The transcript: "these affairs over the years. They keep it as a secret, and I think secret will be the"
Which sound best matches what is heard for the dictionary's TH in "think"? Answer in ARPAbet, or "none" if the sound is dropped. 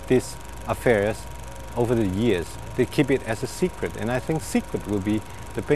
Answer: TH